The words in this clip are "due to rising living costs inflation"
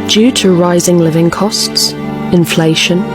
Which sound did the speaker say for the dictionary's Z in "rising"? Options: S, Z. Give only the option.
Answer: Z